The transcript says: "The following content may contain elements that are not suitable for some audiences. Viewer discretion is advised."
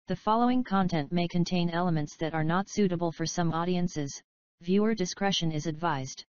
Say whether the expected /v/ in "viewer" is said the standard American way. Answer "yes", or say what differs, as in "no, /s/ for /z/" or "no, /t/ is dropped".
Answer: yes